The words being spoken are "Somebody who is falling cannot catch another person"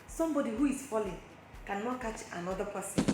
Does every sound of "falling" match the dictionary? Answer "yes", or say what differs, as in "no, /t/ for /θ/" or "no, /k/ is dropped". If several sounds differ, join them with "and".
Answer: yes